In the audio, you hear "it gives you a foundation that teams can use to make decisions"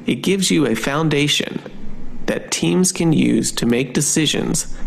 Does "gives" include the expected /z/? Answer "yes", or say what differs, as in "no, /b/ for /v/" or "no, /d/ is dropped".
yes